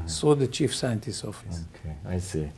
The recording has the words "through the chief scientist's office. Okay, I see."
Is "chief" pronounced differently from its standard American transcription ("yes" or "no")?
no